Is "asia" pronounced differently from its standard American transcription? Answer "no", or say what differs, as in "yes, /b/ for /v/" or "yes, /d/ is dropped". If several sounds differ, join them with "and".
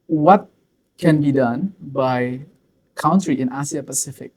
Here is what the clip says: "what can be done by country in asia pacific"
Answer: yes, /s/ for /ʒ/